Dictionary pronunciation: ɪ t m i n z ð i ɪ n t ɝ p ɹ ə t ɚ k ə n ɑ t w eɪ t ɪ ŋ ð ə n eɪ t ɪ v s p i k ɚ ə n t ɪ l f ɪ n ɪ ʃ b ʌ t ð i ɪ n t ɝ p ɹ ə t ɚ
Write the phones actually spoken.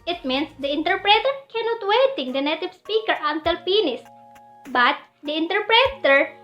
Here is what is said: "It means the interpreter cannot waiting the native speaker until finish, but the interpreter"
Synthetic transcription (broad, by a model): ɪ t m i n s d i ɪ n t ɝ p ɹ ə t ɚ k ə n ɑ t w eɪ t ɪ ŋ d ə n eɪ t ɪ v s p i k ɚ ə n t ɪ l p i n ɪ s b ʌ t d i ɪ n t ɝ p ɹ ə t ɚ